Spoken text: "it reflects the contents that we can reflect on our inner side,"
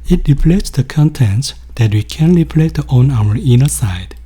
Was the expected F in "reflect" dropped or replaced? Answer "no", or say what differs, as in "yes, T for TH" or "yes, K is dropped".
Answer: yes, P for F